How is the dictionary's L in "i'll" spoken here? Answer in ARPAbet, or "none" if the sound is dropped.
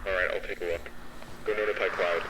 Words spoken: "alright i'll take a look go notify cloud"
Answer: L